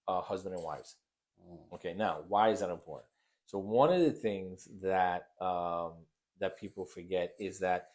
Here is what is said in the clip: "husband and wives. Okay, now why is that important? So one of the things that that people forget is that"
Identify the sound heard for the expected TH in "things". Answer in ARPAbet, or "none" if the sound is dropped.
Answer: TH